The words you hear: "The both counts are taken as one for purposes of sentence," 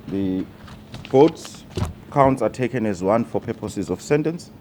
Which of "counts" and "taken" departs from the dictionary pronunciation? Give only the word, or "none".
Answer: none